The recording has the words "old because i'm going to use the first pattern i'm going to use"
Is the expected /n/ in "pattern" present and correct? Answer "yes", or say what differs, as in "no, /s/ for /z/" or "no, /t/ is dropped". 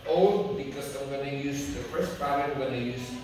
no, /n/ is dropped